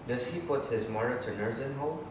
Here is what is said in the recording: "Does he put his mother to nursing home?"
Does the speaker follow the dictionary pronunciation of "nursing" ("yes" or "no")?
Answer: no